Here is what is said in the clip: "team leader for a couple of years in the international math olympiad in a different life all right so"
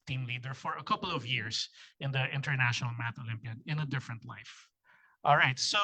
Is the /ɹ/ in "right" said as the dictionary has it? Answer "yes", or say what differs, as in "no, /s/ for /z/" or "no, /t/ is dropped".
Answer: yes